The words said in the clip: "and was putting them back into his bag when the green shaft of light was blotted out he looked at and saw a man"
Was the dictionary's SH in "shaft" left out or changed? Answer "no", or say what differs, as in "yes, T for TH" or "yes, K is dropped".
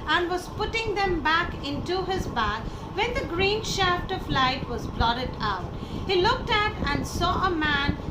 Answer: no